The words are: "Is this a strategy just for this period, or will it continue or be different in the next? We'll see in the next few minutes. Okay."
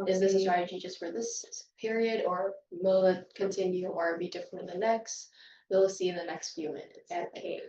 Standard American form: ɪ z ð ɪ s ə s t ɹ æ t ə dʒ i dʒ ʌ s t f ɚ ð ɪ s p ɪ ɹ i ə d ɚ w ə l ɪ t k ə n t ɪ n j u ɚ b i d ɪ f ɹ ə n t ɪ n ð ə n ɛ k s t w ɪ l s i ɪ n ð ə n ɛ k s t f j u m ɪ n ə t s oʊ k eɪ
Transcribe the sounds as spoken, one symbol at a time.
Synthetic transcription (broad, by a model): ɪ z ð ɪ s ə s t ɹ æ t ə dʒ i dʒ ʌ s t f ɚ ð ɪ s p ɪ ɹ i ə d ɚ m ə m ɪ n k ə n t ɪ n j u ɚ b i d ɪ f ɹ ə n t ɪ n ð ə n ɛ k s t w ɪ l s i ɪ n ð ə n ɛ k s t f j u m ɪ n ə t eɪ